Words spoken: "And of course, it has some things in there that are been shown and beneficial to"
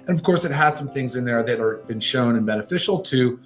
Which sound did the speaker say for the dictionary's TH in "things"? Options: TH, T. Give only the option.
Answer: TH